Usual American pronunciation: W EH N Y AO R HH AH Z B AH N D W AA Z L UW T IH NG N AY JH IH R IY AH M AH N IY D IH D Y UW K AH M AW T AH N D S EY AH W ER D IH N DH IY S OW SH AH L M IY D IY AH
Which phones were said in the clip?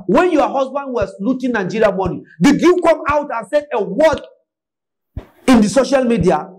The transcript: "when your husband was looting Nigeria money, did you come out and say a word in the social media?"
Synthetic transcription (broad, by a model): W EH N Y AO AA HH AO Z B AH N D W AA S L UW T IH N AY JH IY R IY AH M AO N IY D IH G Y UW K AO M AW T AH N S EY AH W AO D IH N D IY S OW SH AH L M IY D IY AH